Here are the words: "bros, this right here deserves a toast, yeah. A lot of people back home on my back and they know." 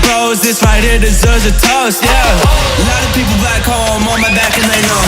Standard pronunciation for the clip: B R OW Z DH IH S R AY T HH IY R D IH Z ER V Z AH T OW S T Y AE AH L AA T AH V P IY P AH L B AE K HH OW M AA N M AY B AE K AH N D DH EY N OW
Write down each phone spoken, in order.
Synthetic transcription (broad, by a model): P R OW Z DH IH S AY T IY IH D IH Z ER Z AH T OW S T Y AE AH L AA T AH V P IY P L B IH K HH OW M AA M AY B AE K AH N DH EY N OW